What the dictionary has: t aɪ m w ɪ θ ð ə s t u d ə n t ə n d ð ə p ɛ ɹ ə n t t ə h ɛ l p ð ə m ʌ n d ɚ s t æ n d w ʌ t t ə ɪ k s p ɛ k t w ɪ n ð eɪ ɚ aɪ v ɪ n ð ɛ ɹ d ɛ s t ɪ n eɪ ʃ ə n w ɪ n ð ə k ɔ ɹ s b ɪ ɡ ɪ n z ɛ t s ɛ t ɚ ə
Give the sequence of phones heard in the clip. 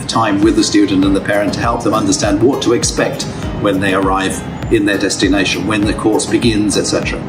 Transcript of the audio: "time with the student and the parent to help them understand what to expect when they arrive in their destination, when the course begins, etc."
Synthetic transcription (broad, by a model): t aɪ m w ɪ ð ə s t u d n t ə n ð ə p ɛ ɹ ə n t t ə h ɛ l p ð ə m ʌ n d ɚ s t æ n d w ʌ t t ə ɪ k s p ɛ k t w ɪ n ð eɪ ɚ aɪ v ɪ n ð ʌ ɹ d ɛ s t ɪ n eɪ ʃ ə n w ɪ n ð ə k ɔ ɹ s b ɪ ɡ ɪ n z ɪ t s ɛ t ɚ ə